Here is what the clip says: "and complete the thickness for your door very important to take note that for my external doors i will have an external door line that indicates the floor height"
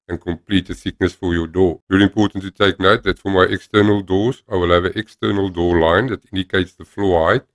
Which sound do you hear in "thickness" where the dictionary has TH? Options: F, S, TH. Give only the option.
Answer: S